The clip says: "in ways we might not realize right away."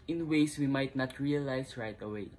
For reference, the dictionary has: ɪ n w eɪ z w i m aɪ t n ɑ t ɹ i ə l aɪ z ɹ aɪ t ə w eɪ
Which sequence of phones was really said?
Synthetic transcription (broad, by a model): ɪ n w eɪ s w i m aɪ t n ɑ t ɹ i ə l aɪ s ɹ aɪ t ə w eɪ